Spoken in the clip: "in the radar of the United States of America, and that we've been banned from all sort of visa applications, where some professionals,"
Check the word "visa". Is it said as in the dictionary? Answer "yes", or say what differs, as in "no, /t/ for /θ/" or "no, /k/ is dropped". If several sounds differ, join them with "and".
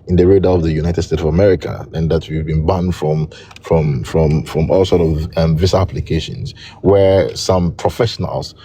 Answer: no, /s/ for /z/